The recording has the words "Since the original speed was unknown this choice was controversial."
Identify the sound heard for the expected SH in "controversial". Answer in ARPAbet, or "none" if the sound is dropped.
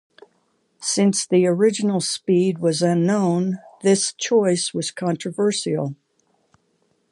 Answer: S